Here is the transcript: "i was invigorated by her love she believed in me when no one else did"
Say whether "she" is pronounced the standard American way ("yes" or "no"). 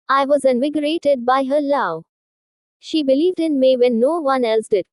yes